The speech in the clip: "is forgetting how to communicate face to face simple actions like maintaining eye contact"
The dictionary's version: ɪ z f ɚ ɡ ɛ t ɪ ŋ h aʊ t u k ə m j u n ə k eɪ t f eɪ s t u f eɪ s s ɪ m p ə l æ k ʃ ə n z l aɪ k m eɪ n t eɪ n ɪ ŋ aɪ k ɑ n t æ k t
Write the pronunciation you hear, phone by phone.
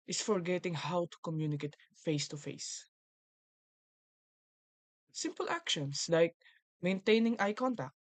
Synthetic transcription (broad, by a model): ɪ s f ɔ ɡ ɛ t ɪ ŋ h aʊ t u k ə m j u n ə k eɪ t f eɪ s t u f eɪ s s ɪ m p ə l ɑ k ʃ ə n s l aɪ k m eɪ n t eɪ n ɪ ŋ aɪ k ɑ n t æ k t